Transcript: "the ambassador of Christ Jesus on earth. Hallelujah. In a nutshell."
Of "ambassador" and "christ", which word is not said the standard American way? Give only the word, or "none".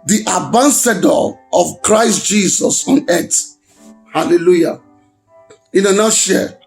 ambassador